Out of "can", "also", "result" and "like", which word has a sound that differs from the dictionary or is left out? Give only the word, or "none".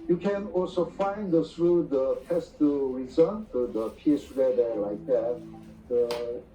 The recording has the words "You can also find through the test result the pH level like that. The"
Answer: result